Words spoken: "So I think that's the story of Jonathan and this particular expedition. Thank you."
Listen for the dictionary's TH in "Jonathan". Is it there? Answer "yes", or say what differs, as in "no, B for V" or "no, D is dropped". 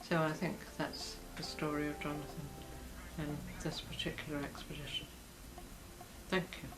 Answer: yes